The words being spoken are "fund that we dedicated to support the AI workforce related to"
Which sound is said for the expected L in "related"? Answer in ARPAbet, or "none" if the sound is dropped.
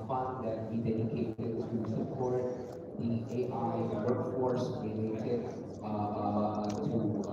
none